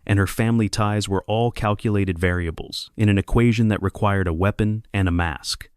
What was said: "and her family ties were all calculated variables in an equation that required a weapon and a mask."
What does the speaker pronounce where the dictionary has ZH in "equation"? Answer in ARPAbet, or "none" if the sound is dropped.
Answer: ZH